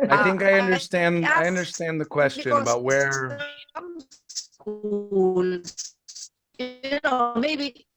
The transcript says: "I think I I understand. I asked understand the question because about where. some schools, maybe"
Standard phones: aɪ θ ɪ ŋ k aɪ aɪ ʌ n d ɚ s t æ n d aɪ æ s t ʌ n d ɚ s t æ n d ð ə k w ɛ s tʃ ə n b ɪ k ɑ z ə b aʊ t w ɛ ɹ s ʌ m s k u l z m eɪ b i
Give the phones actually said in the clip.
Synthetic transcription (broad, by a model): aɪ θ ɪ ŋ k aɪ aɪ ʌ n d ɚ s t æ n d aɪ ʌ n d ɚ s t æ n ð ə k w ɛ s tʃ ə n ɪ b ɑ ə t w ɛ ɹ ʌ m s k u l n m eɪ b i